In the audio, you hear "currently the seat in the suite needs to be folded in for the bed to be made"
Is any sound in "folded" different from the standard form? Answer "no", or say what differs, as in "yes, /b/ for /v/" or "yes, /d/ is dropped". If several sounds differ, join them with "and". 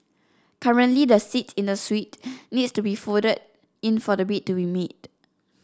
yes, /l/ is dropped